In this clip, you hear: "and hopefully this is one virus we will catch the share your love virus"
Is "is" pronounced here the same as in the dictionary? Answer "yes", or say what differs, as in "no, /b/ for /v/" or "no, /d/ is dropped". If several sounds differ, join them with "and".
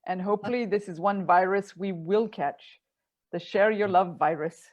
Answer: yes